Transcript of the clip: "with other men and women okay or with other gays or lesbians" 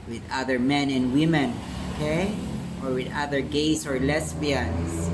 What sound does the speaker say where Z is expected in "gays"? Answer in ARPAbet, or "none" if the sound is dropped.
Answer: S